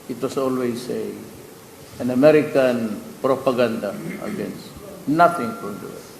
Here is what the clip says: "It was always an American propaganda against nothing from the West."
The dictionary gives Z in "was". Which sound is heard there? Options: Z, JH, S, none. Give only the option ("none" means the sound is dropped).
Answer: S